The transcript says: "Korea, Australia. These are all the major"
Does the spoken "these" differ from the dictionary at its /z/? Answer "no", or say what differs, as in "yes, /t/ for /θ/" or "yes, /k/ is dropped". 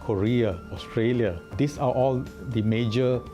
yes, /s/ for /z/